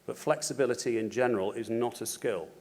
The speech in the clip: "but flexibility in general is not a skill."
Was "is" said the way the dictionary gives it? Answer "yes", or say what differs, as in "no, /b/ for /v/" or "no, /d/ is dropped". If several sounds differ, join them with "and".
yes